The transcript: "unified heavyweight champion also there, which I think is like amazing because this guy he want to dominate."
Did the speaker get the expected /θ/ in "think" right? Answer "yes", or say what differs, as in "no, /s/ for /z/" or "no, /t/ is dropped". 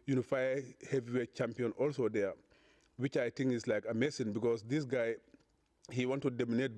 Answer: no, /t/ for /θ/